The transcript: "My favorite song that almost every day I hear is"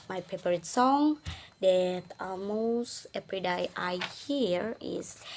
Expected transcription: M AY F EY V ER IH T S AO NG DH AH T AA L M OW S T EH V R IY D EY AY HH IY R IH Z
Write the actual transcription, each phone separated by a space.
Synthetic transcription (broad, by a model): M AY P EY P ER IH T S AO NG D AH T AA L M OW S T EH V R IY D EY AY HH IY R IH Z